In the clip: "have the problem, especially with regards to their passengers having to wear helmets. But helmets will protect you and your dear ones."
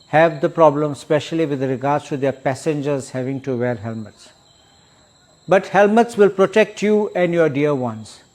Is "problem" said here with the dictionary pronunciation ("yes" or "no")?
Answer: yes